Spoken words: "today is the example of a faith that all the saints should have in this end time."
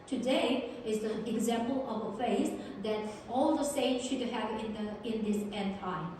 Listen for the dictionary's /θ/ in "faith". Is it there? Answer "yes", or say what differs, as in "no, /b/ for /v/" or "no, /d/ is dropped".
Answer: no, /s/ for /θ/